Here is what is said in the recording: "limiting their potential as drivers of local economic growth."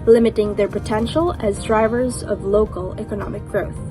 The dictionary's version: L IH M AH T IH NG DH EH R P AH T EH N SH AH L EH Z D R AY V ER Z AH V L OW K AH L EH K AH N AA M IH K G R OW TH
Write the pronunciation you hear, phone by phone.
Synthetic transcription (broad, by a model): L IH M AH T IH NG DH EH R P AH T EH N SH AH L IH Z D R AY V ER Z AH V L OW K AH L EH K AH N AA M IH K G R OW TH